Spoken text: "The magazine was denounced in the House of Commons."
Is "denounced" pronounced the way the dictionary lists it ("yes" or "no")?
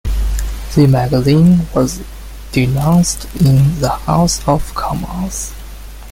yes